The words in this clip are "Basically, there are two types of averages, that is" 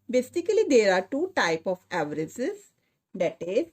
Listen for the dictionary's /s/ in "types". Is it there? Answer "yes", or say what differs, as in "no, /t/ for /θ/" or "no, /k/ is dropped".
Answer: no, /s/ is dropped